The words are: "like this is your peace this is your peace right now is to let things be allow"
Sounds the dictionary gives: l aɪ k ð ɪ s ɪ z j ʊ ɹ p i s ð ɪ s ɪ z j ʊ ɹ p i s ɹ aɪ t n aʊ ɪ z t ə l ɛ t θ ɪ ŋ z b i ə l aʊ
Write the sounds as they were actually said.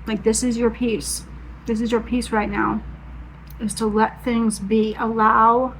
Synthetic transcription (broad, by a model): l aɪ k ð ɪ s ɪ z j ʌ ɹ p i s ð ɪ s ɪ z j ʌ ɹ p i s ɹ aɪ t n aʊ ɪ z t ə l ɛ t θ ɪ ŋ z b i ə l aʊ